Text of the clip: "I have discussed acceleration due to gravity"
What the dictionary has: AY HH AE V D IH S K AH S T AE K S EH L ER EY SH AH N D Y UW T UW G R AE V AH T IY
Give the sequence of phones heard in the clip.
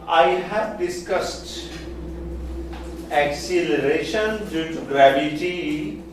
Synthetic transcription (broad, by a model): AY HH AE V D IH S K AH S T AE K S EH L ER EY SH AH N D Y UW T UW G R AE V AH T IY